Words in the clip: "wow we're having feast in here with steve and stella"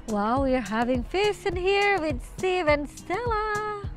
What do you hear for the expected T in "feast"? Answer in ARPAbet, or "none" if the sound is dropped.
none